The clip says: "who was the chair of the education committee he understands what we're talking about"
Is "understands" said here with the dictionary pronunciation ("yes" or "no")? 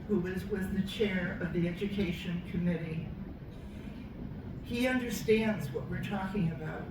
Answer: yes